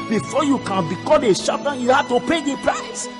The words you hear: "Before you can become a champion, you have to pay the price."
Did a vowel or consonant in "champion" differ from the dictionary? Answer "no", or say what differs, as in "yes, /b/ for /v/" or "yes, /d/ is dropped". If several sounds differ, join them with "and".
yes, /ʃ/ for /tʃ/